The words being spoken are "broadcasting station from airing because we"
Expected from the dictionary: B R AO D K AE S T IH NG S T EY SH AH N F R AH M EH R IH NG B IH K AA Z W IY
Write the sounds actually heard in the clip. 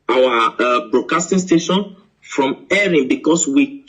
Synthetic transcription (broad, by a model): B R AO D K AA S T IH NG S T EY SH AH N F R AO M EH R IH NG B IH K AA S W IY